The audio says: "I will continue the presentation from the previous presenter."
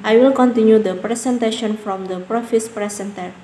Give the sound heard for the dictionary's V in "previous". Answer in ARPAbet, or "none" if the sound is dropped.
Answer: F